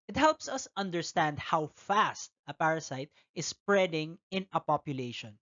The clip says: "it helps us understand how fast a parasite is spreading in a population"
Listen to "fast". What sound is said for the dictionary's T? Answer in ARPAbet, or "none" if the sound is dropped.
T